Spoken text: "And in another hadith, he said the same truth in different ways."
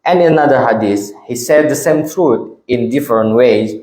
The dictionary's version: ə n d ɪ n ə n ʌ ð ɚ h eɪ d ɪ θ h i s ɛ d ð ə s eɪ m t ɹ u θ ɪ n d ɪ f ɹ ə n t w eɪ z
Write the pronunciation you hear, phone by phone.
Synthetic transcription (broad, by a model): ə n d ɪ n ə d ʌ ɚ h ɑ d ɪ s h i s ɛ d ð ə s eɪ m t ɹ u t ɪ n d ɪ f ɹ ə n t w eɪ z